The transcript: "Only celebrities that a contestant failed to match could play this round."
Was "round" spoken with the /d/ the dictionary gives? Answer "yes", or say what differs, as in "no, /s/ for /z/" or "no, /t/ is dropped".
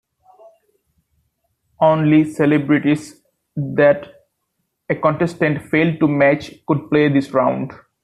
yes